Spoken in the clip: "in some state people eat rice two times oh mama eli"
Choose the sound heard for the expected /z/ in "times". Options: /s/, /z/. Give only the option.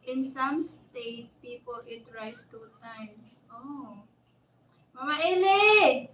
/s/